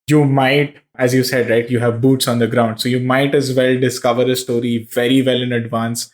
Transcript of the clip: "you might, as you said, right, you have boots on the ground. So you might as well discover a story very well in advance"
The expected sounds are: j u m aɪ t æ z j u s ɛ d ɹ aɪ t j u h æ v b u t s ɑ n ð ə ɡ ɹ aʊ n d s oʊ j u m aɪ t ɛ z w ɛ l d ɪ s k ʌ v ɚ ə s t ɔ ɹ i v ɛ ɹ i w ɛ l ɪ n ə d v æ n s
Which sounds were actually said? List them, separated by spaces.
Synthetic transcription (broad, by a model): j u m aɪ t æ z j u s ɛ d ɹ aɪ t j u h æ v b u t s ɑ n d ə ɡ ɹ aʊ n d s oʊ j u m aɪ t ɛ z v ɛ l d ɪ s k ʌ v ɚ ə s t ɔ ɹ i v ɛ ɹ i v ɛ l ɪ n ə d v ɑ n s